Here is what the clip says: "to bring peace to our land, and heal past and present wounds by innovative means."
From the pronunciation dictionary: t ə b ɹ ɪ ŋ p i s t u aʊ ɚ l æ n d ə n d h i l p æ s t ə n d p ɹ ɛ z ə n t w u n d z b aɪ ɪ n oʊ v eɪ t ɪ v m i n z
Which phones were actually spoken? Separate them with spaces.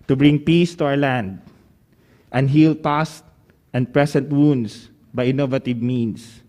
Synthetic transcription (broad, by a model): t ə b ɹ ɪ ŋ p i s t u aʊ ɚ l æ n d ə n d h i l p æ s t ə n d p ɹ ɛ s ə n t w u n d s b aɪ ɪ n oʊ v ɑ t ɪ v m i n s